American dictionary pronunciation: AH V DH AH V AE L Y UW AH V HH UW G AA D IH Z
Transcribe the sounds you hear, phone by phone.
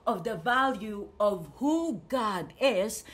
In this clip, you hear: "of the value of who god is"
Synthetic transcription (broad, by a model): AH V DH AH V AE L Y UW AH V HH UW G AA D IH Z